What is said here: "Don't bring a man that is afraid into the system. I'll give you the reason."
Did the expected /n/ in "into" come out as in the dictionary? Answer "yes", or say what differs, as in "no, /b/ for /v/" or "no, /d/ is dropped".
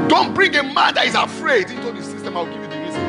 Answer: yes